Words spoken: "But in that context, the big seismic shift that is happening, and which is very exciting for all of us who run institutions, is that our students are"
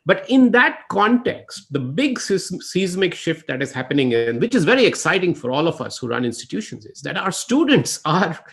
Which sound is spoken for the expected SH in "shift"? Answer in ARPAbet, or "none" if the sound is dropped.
SH